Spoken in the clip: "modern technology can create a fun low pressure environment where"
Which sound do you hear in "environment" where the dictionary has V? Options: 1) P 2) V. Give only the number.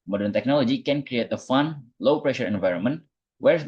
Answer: 2